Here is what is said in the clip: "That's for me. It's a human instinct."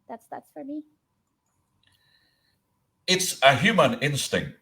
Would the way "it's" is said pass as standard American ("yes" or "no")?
yes